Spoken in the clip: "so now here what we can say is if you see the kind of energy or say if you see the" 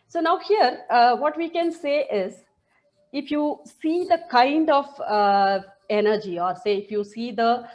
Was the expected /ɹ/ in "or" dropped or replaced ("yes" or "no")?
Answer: no